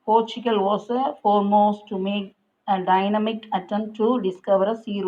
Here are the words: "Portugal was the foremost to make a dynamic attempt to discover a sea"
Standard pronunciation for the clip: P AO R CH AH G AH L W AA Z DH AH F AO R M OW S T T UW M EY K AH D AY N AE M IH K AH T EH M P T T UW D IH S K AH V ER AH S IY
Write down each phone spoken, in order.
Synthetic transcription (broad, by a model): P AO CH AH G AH L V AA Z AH F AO R M OW S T T UW M EY K AH D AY N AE M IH K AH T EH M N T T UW D IH S K AH V ER AH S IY